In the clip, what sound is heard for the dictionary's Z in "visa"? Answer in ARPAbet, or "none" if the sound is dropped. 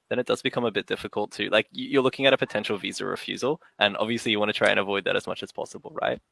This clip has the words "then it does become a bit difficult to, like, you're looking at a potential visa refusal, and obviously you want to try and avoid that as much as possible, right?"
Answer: Z